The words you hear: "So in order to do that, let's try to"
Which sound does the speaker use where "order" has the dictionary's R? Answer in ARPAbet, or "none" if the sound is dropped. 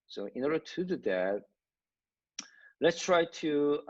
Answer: R